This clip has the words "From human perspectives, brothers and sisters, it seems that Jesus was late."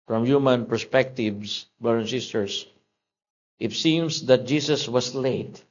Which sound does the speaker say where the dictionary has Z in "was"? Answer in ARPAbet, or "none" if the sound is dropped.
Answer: S